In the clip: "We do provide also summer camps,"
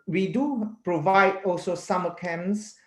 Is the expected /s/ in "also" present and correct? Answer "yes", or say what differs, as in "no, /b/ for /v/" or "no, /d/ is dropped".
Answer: yes